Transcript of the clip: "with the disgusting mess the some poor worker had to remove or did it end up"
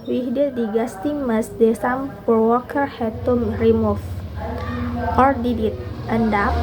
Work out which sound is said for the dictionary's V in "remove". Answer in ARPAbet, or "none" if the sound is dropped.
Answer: F